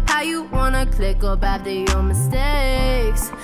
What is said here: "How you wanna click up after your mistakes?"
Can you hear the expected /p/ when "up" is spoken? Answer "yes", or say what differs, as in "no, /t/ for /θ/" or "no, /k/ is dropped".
no, /b/ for /p/